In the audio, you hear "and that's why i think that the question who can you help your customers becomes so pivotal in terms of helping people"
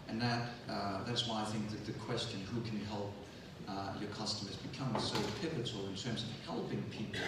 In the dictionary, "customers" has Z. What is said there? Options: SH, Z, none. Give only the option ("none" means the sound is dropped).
Z